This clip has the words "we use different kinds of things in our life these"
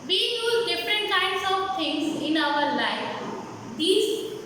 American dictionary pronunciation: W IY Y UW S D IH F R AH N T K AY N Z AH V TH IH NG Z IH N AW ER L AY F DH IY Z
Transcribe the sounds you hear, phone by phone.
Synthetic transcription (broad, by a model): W IY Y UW D IH F R AH N T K AY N S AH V T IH NG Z IH N AW ER L AY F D IY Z